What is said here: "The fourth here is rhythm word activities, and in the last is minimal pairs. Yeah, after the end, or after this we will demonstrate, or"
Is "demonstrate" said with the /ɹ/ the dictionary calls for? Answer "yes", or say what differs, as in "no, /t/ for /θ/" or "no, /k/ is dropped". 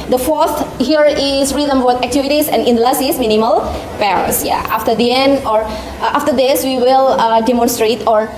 yes